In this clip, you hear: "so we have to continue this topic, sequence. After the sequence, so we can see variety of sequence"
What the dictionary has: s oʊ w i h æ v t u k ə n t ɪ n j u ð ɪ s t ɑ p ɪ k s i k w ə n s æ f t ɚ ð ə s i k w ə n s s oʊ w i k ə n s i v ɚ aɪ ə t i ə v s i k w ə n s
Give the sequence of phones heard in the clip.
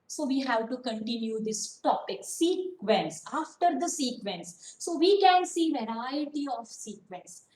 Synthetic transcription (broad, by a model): s oʊ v i h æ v t u k ə n t ɪ n j u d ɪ s t ɑ p ɪ k s i k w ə n s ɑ f t ɚ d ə s i k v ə n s s oʊ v i k ə n s i v ɚ aɪ ə t i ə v s i k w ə n s